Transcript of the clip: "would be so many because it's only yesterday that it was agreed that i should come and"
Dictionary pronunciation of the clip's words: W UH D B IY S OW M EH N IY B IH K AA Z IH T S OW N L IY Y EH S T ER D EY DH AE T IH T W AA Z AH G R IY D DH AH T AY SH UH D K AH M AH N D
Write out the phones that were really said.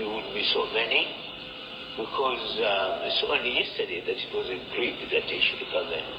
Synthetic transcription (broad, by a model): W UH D B IY S OW M EH N IY B IH K AA Z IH S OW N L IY Y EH S T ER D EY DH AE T IH T W AA Z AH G R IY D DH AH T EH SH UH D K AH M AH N